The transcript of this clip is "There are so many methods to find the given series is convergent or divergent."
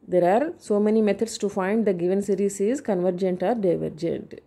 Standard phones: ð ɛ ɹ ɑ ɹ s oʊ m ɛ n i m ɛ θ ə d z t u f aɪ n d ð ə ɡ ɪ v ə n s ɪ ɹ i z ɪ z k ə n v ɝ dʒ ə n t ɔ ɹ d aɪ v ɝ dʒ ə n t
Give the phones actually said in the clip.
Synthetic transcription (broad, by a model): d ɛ ɹ ɑ ɹ s oʊ m ɛ n i m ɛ t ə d s t u f aɪ n d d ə ɡ ɪ v ə n s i ɹ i s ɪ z k ə n v ɝ dʒ ə n t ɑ ɹ d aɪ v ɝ dʒ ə n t